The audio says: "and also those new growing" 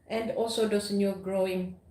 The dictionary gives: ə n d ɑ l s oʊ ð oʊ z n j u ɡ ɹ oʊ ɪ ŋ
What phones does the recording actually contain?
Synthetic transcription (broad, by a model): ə n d ɑ l s oʊ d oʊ s n j u ɡ ɹ oʊ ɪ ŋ